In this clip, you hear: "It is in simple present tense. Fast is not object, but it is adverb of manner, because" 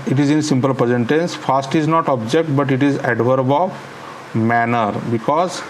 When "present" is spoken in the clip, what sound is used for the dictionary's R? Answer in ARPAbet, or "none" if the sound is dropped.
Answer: none